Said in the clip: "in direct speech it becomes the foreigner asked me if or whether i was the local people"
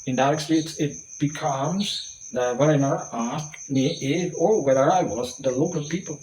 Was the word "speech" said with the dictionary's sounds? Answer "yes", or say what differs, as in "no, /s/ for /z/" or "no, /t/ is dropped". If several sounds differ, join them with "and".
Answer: no, /s/ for /tʃ/